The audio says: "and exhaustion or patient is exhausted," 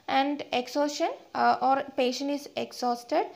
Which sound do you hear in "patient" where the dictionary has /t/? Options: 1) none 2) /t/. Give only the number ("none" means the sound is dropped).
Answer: 1